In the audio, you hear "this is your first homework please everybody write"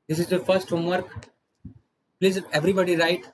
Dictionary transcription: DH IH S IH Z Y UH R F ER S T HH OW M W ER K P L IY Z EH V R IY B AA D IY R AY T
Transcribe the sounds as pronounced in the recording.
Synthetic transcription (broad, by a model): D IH S IH Z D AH F ER S T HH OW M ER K P L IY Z EH V R IY B AA D IY R AY T